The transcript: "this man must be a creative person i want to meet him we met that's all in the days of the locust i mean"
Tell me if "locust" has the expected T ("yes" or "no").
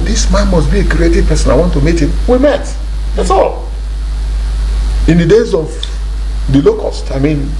yes